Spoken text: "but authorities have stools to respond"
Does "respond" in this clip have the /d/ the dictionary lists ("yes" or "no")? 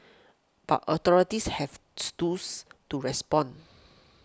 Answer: no